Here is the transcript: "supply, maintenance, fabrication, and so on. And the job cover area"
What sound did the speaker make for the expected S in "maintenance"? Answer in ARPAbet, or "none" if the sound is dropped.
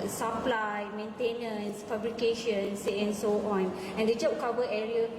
S